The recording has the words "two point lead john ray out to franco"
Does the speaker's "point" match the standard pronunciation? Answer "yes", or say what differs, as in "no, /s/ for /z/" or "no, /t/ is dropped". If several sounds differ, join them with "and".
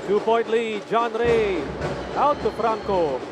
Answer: no, /b/ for /p/ and /n/ is dropped